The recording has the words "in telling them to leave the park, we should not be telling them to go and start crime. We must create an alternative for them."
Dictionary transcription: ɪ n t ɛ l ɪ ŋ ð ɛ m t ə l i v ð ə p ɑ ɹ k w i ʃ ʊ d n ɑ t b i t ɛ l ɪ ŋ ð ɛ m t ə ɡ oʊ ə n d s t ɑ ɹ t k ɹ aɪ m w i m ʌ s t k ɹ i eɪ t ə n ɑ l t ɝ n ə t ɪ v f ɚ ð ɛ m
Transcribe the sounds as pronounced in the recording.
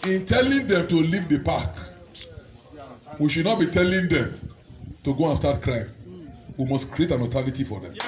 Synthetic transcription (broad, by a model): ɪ n t ɛ l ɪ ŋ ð ɛ m t ə l i v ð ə p ɑ k w i ʃ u d n ɑ t b i t ɛ l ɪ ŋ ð ɛ m t ə ɡ oʊ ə n s t ɑ t k ɹ aɪ m w i m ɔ s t k ɹ i eɪ t ə n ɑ t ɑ l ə t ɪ f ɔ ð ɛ m